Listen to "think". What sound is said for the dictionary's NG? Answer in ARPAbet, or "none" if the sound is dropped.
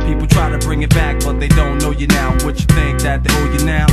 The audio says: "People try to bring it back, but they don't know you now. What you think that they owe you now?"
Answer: NG